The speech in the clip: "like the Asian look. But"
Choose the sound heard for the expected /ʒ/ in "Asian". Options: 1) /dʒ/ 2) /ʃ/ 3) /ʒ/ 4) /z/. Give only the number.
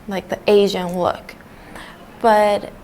3